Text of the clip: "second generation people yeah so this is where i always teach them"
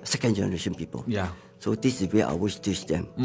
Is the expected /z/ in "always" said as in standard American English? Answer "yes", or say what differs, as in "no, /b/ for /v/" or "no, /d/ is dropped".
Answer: no, /s/ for /z/